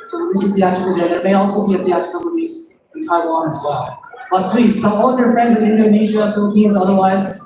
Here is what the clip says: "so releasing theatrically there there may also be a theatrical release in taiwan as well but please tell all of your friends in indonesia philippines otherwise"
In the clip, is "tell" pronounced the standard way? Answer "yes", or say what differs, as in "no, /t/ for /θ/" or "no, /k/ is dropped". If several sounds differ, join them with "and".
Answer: no, /s/ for /t/